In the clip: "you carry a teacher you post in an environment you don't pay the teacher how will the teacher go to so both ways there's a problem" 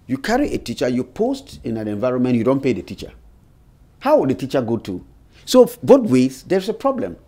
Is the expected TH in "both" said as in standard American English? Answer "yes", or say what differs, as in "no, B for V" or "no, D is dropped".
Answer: no, T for TH